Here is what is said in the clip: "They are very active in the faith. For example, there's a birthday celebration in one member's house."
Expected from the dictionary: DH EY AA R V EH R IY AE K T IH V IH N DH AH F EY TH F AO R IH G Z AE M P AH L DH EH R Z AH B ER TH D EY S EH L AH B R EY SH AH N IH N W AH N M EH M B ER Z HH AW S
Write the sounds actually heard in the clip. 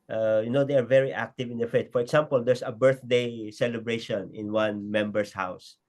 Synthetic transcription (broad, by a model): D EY AA R V EH R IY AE K T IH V IH N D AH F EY T F AO R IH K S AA M P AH L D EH R S AH B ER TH D EY S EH L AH B R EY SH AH N IH N W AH N M EH M B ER S HH AW S